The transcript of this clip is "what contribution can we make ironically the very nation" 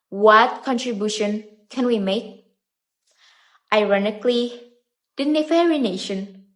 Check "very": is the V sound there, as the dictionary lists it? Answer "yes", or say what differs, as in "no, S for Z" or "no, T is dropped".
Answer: no, F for V